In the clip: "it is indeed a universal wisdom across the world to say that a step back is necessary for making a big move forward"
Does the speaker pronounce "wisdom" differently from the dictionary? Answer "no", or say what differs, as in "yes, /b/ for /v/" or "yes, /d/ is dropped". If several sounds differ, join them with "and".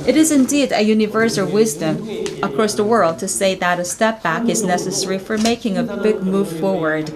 no